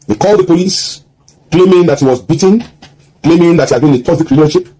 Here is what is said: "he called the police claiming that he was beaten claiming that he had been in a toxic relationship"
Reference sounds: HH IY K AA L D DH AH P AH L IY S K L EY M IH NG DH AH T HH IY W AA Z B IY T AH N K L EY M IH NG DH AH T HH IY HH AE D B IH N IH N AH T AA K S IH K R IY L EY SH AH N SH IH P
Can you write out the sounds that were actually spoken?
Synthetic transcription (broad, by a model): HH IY K AA L D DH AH P AH L IY S K L EY M IH NG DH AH T HH IY W AA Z B IY T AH N K L EY M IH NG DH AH T HH IY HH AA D B IH N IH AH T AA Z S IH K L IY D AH SH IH P